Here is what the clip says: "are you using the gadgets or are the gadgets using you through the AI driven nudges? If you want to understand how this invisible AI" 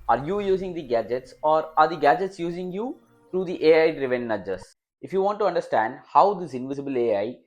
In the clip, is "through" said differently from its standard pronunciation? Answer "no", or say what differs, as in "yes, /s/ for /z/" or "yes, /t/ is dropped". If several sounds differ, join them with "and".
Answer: yes, /t/ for /θ/